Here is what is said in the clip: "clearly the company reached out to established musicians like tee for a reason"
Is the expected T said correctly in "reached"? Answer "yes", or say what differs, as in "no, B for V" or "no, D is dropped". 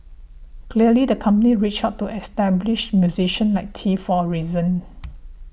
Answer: no, T is dropped